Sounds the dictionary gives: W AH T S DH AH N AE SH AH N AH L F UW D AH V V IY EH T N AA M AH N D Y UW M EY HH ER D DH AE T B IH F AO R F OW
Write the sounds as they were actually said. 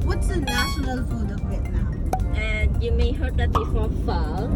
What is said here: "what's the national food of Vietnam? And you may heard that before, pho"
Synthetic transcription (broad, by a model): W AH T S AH N AE SH AH N AH L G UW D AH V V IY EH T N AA AH N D Y UW M EY HH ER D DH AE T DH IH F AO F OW